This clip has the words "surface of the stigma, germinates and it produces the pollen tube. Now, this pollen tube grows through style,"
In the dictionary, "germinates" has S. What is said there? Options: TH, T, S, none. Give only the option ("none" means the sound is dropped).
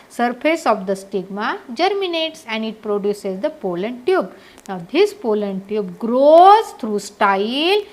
S